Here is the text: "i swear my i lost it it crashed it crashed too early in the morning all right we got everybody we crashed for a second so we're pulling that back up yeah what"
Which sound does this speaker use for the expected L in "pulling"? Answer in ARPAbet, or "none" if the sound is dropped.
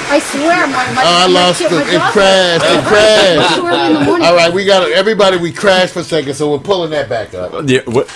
L